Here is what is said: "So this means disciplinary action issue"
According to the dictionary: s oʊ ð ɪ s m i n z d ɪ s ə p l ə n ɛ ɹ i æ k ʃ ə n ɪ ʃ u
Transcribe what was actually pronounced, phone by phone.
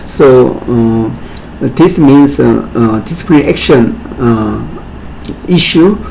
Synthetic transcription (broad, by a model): s oʊ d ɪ s m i n s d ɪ s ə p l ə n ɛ k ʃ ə n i ʃ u